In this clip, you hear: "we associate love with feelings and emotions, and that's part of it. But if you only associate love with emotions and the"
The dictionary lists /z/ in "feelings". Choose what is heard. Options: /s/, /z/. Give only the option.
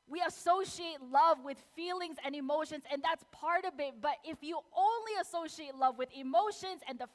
/z/